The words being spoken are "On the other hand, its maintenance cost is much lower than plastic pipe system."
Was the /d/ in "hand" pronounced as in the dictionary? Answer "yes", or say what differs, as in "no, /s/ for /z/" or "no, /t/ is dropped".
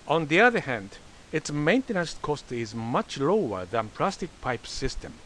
yes